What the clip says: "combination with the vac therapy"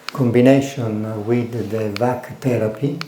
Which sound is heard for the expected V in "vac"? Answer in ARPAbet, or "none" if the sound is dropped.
V